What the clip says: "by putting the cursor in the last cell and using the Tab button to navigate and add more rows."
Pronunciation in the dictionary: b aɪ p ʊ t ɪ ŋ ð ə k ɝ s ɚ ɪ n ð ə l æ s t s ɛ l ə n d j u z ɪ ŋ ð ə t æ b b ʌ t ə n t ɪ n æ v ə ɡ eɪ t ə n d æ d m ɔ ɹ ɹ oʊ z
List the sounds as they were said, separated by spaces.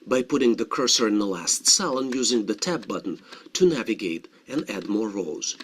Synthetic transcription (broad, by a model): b aɪ p ʊ t ɪ ŋ ð ə k ɝ s ɚ ɪ n ð ə l æ s t s ɛ l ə n j u z ɪ ŋ ð ə t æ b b ʌ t n t ɪ n æ v ə ɡ eɪ t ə n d æ d m ɔ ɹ ɹ oʊ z